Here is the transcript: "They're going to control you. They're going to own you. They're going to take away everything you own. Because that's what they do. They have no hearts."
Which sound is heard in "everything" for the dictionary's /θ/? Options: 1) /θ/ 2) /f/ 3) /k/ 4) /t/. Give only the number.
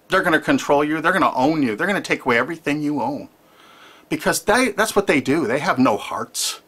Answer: 1